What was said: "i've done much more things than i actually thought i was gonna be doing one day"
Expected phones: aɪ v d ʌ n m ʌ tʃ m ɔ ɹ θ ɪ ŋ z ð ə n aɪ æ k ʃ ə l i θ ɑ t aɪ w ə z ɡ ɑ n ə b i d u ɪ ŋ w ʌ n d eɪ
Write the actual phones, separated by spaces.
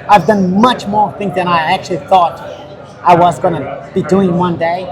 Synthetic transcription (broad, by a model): aɪ v d ʌ n m ʌ tʃ m ɔ ɹ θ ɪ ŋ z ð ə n aɪ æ k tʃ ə l i θ ɑ t aɪ w ə z ɡ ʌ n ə b i d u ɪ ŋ w ʌ n d eɪ